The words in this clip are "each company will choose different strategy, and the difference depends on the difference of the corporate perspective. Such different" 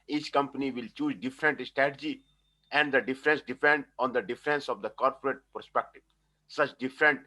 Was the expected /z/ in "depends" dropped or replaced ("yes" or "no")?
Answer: yes